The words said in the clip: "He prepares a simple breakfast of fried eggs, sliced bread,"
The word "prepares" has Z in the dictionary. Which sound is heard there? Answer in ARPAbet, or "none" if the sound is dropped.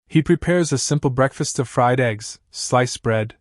Z